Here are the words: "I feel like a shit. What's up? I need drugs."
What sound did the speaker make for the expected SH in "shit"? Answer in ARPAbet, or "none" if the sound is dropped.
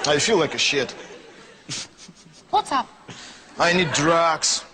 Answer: SH